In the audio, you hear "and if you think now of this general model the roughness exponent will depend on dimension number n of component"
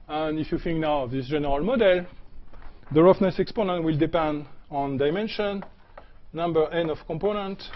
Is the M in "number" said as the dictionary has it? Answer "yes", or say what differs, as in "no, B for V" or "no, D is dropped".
yes